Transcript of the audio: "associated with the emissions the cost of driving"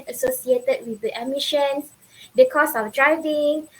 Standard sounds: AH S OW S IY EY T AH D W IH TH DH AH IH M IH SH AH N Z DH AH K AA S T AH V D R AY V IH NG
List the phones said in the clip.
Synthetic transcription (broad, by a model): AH S OW S IY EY T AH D W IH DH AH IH M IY SH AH N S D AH K AA S AH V D R AY V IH NG